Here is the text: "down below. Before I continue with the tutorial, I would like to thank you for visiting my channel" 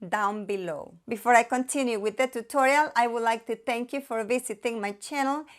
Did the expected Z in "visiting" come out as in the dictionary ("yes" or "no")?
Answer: no